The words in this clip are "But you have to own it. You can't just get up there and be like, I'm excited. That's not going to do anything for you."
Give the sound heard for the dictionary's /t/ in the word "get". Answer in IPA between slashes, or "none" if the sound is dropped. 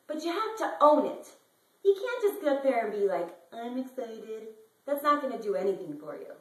none